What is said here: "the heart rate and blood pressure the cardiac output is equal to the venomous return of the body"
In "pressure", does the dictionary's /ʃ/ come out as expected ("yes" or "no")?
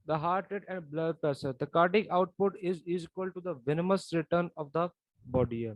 no